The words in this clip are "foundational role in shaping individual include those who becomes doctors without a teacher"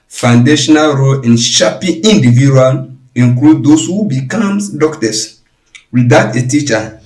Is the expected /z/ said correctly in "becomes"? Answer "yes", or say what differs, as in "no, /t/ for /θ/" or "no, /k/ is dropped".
no, /z/ is dropped